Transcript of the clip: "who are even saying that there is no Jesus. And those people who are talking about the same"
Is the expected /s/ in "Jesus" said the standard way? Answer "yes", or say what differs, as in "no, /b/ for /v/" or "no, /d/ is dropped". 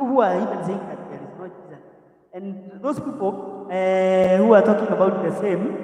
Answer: no, /s/ is dropped